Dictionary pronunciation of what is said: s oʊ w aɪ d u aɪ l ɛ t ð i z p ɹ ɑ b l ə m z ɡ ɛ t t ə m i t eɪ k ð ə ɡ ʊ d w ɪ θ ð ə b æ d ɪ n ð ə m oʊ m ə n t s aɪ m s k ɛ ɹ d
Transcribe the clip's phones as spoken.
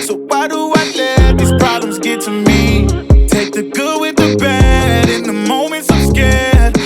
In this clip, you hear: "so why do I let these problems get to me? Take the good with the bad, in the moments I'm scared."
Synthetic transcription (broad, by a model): s oʊ w aɪ d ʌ aɪ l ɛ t ð i z p ɹ ɑ b l ə m z ɡ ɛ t t ə m i t eɪ k ð ə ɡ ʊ w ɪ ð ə b æ d ɪ n ð ə m oʊ m ə n t s aɪ m s k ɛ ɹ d